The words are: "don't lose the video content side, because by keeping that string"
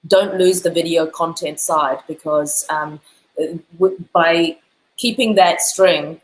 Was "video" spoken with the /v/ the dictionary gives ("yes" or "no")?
yes